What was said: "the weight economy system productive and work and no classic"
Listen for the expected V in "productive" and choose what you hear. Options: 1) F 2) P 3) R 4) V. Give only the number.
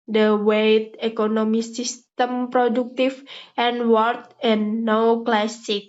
1